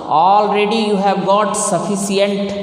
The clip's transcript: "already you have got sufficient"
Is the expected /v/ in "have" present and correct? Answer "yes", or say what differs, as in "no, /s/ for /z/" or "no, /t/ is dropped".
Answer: yes